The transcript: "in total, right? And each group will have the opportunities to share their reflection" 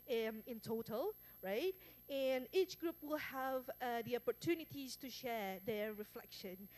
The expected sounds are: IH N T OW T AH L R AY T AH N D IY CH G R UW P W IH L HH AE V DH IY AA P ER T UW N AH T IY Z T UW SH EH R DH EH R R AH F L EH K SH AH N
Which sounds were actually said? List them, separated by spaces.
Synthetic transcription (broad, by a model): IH N T OW T AH L R AY T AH N IY CH G R UW P W IH L HH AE V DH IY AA P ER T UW N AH T IY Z T UW SH EH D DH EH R R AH F L EH K SH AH N